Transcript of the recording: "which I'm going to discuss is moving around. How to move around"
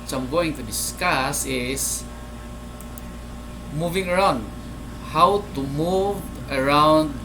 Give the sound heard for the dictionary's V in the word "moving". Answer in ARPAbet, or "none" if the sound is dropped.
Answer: V